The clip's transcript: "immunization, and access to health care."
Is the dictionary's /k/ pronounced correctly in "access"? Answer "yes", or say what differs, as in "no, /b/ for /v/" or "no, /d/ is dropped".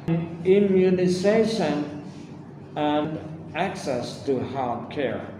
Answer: yes